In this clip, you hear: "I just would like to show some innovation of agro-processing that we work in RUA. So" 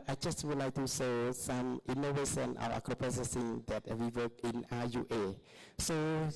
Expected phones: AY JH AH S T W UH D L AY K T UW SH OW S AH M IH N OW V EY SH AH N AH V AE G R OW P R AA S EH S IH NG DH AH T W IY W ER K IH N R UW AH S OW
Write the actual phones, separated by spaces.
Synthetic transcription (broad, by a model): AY JH AH S T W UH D L AY K T UW S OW S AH M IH N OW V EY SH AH N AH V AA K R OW P R AA S EH S IH NG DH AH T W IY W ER K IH N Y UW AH S OW